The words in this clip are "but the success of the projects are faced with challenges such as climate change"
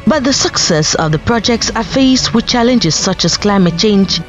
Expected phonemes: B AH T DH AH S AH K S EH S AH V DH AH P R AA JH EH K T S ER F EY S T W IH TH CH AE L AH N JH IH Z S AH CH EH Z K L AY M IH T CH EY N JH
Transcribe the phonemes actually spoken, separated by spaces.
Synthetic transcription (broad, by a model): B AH T DH AH S AH K S EH S AH V DH AH P R AA JH EH K T S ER F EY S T W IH CH AE L AH N JH IH Z S AH CH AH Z K L AY M IH T CH EY N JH